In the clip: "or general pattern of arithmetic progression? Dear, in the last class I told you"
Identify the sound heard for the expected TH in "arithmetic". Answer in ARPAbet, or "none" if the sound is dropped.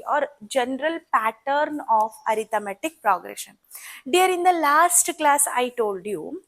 T